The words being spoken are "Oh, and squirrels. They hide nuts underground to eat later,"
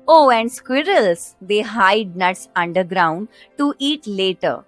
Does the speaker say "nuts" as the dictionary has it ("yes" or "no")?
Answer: yes